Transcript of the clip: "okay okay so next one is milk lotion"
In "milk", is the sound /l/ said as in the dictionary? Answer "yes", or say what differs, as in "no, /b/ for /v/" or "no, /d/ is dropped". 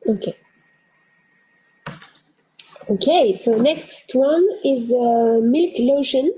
yes